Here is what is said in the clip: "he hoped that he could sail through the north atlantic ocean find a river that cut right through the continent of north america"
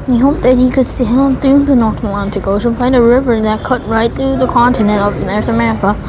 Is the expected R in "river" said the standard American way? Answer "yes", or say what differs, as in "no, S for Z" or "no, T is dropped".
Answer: yes